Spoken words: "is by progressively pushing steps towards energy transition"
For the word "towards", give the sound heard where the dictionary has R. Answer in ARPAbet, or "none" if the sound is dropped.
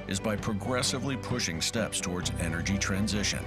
R